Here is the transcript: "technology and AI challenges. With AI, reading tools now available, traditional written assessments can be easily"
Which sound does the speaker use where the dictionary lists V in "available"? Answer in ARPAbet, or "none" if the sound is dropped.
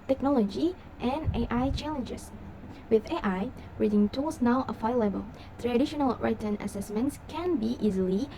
F